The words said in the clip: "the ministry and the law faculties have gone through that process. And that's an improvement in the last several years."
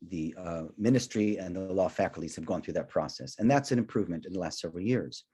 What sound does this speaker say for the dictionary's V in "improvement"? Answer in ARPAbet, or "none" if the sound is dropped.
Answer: V